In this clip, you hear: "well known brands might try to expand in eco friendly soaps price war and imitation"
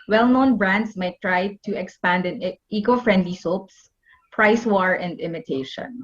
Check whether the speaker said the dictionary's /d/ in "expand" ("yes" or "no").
yes